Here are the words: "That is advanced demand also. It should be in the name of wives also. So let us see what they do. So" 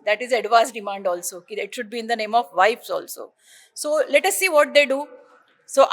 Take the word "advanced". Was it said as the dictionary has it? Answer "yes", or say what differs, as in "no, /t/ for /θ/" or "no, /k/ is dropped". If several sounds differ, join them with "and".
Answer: no, /n/ is dropped